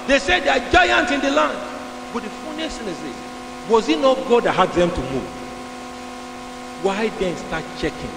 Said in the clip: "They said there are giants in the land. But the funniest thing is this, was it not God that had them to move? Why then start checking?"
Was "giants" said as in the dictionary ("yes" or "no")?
no